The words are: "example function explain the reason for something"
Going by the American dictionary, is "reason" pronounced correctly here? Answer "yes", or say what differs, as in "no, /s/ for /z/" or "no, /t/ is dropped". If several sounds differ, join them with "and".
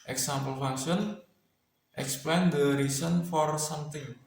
no, /s/ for /z/